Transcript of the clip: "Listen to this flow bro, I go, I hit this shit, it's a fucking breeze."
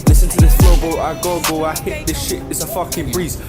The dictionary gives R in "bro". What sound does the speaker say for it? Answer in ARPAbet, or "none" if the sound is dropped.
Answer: L